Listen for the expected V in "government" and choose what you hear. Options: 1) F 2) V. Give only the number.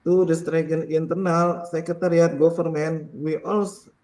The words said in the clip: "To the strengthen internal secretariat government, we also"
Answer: 1